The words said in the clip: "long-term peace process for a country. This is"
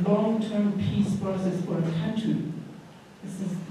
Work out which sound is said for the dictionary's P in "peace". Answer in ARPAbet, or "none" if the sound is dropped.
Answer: P